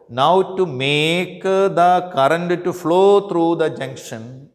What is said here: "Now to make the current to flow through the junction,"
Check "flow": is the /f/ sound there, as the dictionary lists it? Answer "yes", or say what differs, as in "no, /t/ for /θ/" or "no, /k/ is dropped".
yes